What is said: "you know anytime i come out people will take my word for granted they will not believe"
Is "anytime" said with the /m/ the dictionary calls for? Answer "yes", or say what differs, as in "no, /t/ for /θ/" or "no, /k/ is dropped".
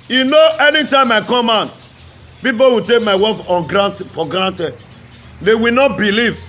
yes